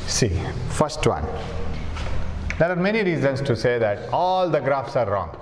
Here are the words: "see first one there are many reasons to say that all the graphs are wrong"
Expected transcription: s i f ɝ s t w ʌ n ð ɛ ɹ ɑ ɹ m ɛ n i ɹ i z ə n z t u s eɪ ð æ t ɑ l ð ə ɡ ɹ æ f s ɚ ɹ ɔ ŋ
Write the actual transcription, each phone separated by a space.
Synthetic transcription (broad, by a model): s i f ɝ s t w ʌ n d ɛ ɹ ɑ ɹ m ɛ n i ɹ i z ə n s t u s eɪ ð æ t ɑ l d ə ɡ ɹ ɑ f s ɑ ɹ ɔ ŋ